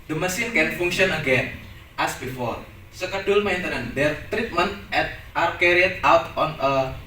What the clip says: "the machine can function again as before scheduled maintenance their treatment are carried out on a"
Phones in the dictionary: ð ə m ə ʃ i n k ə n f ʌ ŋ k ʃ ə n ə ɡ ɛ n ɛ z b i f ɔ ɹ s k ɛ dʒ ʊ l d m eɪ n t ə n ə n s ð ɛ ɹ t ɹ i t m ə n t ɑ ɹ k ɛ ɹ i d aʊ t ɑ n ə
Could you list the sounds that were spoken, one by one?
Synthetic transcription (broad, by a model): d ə m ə s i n k ə n f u ŋ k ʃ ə n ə ɡ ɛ n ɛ s b i f ɔ ɹ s k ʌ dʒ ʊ l m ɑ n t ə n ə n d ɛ ɹ t ɹ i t m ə n t ɑ ɹ k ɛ ɹ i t aʊ t ɑ n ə